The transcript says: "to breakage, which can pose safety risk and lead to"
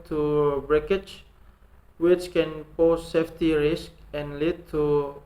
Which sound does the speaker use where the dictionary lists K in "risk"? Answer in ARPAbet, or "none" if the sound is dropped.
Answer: K